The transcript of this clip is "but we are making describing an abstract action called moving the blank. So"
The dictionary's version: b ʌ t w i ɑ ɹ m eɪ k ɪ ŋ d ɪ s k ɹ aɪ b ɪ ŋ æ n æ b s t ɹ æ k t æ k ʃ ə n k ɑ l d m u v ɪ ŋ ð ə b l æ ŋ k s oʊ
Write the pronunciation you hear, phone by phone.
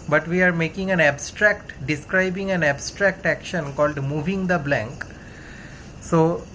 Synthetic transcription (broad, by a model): b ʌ t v i ɑ ɹ m eɪ k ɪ ŋ d ɪ s k ɹ aɪ b ɪ ŋ æ n æ b s t ɹ æ k t æ k ʃ ə n k ɑ l d m u v ɪ ŋ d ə b l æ ŋ k s oʊ